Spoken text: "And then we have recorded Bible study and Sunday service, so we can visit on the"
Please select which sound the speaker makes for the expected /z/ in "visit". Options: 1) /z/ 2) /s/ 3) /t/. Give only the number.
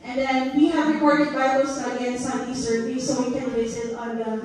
2